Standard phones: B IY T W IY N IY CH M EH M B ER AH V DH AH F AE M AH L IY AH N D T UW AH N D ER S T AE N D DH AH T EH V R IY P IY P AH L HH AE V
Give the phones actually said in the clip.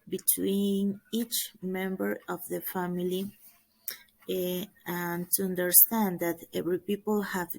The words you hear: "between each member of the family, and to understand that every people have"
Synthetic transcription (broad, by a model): B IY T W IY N IY CH M EH M B ER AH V DH AH F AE M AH L IY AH N T UW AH N D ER S T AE N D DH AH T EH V R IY P IY P AH L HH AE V